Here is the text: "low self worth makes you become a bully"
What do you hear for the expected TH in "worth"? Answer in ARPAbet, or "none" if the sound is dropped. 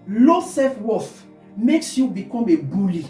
F